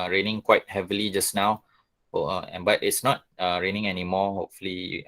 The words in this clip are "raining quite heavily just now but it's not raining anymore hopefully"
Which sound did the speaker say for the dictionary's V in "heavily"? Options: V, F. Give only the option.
V